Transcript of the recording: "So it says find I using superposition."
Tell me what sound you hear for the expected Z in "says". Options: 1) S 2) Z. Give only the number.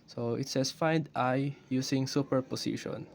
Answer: 1